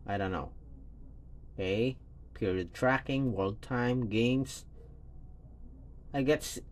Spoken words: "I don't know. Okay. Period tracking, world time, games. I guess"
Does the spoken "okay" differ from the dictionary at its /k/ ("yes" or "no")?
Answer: yes